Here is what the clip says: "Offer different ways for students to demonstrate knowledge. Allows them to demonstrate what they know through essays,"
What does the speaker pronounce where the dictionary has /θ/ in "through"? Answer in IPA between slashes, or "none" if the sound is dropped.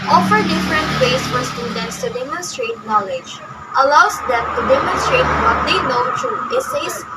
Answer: /t/